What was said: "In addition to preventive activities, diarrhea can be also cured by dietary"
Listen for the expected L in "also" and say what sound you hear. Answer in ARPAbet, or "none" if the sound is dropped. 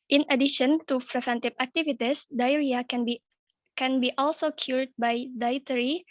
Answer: L